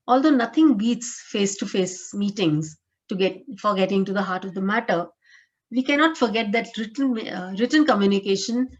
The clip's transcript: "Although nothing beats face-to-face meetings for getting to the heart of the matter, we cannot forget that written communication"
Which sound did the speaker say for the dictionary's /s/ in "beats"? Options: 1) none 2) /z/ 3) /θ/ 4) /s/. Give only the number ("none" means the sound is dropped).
4